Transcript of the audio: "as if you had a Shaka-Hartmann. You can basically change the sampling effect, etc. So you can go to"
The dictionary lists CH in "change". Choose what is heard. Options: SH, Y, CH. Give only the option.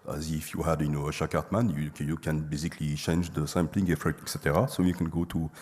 CH